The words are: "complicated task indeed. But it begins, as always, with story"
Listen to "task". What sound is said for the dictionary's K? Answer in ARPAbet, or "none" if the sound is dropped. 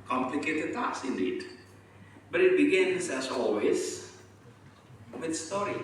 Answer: none